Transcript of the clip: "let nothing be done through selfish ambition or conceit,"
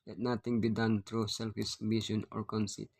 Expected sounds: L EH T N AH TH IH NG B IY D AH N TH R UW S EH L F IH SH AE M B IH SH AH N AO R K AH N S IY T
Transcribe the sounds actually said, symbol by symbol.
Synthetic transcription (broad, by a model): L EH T N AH T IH NG B IY D AH N T R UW S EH L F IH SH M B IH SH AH N AO R K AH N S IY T